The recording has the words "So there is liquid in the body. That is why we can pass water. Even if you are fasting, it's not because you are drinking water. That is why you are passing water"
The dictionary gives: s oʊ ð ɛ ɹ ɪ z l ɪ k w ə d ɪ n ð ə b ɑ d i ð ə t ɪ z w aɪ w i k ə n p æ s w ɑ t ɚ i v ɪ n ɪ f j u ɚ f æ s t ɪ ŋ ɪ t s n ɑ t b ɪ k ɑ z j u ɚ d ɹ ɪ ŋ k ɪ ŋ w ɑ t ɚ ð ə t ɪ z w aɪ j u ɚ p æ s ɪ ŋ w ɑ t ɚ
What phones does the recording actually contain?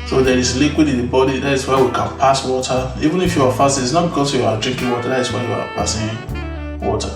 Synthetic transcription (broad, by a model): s oʊ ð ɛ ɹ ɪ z l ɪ k w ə d ɪ n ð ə b ɑ d i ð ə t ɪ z w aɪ w i k ə n p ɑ s w ɑ t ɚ i v ɪ n ɪ f j u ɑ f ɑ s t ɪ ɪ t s n ɑ t b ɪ k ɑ s j u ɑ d ɹ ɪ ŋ k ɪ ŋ w ɑ t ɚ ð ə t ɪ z w aɪ j u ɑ p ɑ s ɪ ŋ w ɑ t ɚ